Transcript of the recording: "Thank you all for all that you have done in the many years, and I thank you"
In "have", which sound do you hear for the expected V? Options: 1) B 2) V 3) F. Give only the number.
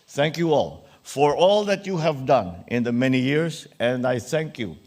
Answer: 2